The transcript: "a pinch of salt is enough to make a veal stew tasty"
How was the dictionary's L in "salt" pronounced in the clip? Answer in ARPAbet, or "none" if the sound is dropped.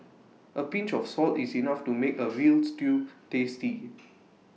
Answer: L